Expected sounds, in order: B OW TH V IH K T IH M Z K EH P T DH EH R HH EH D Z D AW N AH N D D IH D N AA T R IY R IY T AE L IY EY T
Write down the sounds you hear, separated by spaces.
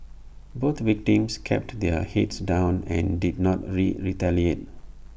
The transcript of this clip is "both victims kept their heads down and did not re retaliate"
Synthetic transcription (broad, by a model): B OW T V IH K T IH M S K EH P T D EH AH HH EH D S D AW N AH N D D IH D N AA T R IY R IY T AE L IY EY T